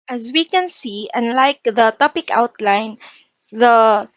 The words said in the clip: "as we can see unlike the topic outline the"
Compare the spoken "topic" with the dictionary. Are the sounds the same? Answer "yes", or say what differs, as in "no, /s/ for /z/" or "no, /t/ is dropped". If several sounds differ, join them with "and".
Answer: yes